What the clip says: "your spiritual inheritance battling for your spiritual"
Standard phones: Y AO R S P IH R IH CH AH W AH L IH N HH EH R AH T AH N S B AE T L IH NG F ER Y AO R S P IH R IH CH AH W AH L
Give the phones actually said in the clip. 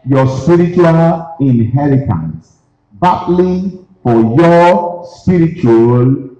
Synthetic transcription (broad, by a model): Y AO S P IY R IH CH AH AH L IH N HH EH R AH T AH N S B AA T L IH F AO Y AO S P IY R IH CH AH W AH L